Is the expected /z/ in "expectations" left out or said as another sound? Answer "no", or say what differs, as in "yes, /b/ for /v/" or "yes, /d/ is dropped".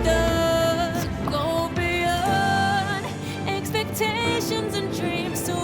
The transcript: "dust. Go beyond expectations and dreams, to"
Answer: no